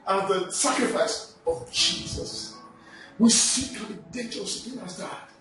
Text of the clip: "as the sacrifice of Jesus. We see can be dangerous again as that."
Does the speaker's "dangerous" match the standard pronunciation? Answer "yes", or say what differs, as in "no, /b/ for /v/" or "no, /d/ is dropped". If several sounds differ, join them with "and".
no, /n/ is dropped